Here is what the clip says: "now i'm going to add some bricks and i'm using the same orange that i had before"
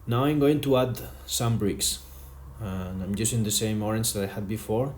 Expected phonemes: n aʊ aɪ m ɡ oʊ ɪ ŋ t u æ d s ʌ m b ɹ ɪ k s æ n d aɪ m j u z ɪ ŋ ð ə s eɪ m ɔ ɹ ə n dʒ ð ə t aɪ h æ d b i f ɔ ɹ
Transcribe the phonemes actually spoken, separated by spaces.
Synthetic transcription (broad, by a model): n aʊ aɪ m ɡ oʊ ɪ ŋ t u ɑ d s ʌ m b ɹ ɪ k s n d aɪ m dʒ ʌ s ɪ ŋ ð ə s eɪ m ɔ ɹ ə n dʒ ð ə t aɪ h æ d b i f ɔ ɹ